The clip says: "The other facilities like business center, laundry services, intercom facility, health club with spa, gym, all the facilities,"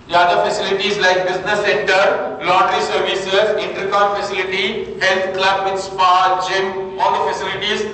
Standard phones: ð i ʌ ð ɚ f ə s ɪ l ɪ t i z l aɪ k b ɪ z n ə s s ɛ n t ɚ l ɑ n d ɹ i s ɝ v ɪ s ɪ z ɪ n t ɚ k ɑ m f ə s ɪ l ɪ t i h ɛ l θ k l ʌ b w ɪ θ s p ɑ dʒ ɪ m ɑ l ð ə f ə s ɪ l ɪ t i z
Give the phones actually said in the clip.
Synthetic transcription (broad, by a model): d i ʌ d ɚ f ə s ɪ l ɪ t i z l aɪ k b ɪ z n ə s s ɛ n t ɚ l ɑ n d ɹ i s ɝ v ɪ s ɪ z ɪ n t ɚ k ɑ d f ə s ɪ l ɪ t i h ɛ l t k l ʌ b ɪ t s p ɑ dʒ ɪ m ɑ l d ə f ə s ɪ l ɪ t i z